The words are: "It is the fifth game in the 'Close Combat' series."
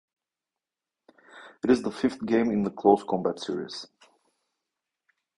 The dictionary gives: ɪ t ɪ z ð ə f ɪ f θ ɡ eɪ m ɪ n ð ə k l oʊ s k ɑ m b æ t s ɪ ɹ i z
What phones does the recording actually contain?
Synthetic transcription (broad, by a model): ɪ t ɪ z ð ə f ɪ f θ ɡ eɪ m ɪ n ð ə k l oʊ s k ɑ m b æ t s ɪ ɹ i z